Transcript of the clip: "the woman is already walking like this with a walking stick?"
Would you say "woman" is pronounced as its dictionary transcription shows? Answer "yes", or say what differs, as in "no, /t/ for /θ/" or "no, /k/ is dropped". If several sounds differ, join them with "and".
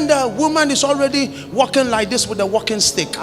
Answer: yes